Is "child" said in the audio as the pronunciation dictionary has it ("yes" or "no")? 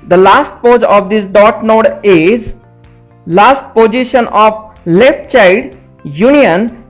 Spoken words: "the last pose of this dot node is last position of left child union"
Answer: no